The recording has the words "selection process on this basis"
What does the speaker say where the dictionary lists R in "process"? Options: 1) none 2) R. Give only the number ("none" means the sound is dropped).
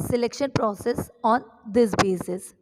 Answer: 2